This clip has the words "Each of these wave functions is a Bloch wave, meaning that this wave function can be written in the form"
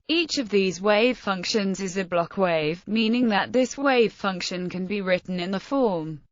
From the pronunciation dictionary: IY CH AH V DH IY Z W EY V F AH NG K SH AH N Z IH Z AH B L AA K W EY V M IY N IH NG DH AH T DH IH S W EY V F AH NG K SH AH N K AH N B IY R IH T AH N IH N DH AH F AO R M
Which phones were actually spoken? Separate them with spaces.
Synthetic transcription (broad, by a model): IY CH AH V DH IY Z W EY V F AH NG K SH AH N Z IH Z AH B L AA K W EY V M IY N IH NG DH AH T DH IH S W EY V F AH NG K SH AH N K AH N B IY R IH T N IH N DH AH F AO M